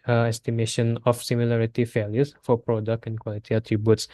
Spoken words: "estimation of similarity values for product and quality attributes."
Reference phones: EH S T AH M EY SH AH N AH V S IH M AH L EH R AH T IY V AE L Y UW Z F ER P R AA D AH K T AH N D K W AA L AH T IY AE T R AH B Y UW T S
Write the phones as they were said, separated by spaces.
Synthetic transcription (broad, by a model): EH S T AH M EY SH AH N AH F S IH M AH L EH R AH T IY F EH L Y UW S F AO P R AA D AH K T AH N K W AA L AH T IY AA T R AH B Y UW T S